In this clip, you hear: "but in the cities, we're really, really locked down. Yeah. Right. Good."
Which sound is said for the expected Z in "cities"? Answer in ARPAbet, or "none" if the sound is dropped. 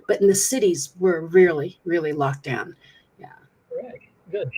Z